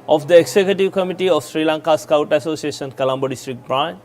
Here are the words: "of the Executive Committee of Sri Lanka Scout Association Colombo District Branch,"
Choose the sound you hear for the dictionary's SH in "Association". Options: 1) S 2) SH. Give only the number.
1